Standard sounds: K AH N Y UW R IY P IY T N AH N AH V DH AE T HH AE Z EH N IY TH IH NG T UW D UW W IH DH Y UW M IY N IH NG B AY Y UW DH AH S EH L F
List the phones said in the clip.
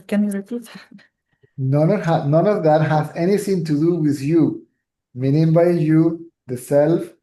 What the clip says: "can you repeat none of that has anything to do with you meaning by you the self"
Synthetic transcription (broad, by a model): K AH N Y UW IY IY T N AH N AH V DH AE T HH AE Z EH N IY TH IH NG T UW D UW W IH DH Y UW M IY N IH NG B AY Y UW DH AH S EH L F